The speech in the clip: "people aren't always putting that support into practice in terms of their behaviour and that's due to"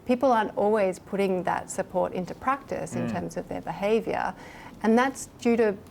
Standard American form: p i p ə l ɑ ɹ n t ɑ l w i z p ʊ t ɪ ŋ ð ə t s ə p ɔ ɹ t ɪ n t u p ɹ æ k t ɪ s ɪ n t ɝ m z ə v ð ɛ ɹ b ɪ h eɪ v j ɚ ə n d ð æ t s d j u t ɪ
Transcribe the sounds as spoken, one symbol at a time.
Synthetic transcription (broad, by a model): p i p l ɑ ɹ n t ɑ l w i z p ʊ t ɪ ŋ ð ə t s ə p ɔ ɹ t ɪ n t u p ɹ æ k t ɪ s ɪ n t ɝ m z ə v ð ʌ ɹ b ɪ h eɪ v j ɚ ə n ð æ t s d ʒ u t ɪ